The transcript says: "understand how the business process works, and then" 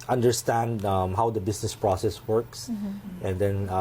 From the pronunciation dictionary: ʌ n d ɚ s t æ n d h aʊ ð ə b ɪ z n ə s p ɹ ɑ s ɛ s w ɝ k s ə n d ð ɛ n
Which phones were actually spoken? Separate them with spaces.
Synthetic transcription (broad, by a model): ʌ n d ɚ s t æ n d h aʊ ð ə b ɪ s n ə s p ɹ ɑ s ɛ s w ɝ k s ə n d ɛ n